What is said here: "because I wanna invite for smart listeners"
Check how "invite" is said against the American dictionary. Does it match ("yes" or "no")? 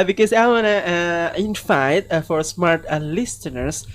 no